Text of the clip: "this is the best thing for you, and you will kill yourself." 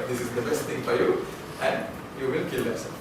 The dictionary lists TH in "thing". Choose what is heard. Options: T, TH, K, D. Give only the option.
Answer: T